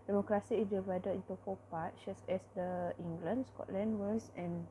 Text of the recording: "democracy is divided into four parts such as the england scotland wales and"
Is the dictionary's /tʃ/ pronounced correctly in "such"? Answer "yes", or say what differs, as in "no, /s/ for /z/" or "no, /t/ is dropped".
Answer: no, /s/ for /tʃ/